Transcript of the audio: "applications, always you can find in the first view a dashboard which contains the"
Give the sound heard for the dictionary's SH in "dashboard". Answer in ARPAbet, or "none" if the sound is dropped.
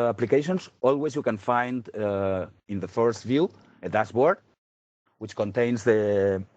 S